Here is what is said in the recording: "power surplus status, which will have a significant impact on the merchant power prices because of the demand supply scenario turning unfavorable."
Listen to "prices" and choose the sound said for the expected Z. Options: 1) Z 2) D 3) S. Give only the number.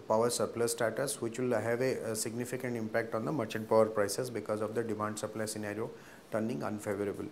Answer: 3